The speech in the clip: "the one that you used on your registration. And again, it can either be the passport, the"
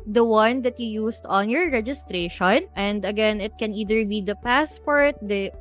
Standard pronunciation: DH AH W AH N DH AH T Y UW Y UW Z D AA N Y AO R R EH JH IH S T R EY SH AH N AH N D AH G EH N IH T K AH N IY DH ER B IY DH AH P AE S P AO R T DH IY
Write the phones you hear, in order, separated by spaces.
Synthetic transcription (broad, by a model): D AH W AH N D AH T Y UW Y UW S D AA N Y AO R R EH JH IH S T R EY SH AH N AH N D AH G EH N IH T K AH N IY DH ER B IY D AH P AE S P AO R T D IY